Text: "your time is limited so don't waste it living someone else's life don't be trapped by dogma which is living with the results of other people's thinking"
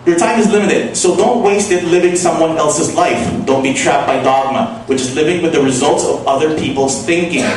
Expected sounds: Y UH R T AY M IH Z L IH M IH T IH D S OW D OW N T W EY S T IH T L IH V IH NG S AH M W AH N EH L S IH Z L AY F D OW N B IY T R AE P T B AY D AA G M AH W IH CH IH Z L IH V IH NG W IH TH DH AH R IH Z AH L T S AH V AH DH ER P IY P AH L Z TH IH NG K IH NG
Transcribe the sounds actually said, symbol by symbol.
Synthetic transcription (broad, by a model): Y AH R T AY M IH Z L IH M IH T IH D S OW D OW N T W EY S T IH T L IH V IH NG S AH M W AH N EH L S IH Z L AY F D OW N B IY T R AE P B AY D AA G M AH W IH CH IH Z L IH V IH NG W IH DH AH R IH Z AH L T S AH V AH DH ER P IY P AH L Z TH IH NG K IH NG